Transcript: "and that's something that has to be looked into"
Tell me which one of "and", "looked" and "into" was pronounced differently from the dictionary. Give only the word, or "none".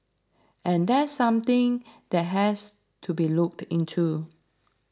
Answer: none